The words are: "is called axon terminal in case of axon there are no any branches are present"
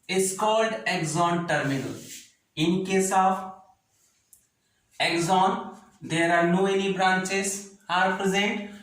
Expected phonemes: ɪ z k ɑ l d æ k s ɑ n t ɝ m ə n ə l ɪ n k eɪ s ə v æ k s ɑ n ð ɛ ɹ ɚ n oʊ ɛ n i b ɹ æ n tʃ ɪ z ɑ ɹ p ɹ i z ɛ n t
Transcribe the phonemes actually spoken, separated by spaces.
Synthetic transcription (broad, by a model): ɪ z k ɑ l d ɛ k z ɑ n t ɝ m ə n ə l ɪ n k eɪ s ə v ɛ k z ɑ n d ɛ ɹ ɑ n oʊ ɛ l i b ɹ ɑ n tʃ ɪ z ɑ ɹ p ɹ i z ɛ n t